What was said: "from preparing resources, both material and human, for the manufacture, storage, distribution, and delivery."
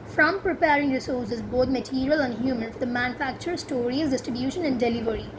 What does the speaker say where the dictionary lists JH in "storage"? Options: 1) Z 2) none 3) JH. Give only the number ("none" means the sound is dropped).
1